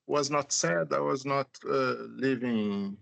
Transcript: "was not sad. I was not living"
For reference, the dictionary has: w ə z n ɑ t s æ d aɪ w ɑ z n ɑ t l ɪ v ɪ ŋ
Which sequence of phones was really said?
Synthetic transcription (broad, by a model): w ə z n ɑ t s æ d aɪ w ɑ z n ɑ t l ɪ v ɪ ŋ